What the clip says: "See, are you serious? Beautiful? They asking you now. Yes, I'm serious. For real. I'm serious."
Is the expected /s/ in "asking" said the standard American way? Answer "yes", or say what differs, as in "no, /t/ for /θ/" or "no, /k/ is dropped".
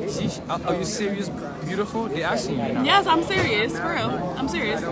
no, /s/ is dropped